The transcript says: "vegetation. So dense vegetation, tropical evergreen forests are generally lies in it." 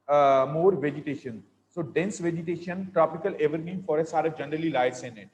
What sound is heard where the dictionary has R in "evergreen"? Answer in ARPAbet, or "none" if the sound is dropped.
none